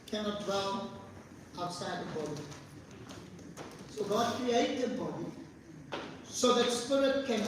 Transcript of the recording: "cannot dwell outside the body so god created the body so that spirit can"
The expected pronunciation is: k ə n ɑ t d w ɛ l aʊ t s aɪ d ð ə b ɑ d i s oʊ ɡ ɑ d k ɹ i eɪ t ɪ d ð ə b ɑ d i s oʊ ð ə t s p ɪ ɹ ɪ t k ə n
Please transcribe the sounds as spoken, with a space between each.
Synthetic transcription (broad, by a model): k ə n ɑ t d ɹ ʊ n aʊ t s aɪ d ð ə b ɑ d i s oʊ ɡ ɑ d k ɹ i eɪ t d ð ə b ɑ d i s oʊ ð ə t s p ɪ ɹ ɪ t k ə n